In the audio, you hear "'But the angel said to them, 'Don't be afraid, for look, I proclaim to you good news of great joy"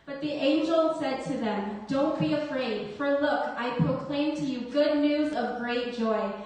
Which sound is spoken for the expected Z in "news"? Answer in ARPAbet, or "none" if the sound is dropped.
Z